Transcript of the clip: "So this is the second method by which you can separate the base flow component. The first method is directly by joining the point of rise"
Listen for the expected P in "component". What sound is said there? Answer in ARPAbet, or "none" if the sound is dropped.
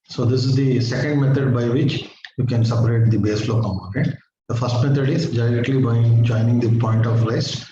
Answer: none